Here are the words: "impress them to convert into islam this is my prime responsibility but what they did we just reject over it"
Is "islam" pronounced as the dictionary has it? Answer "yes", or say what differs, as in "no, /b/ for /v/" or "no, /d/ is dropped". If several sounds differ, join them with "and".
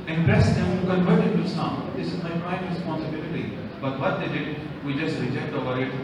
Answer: no, /l/ is dropped